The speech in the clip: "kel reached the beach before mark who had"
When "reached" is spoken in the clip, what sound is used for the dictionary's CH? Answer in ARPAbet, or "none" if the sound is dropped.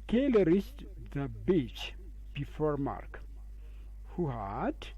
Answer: S